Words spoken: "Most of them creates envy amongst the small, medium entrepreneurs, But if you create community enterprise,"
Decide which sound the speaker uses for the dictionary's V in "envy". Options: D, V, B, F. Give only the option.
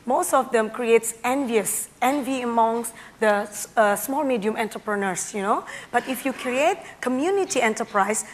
V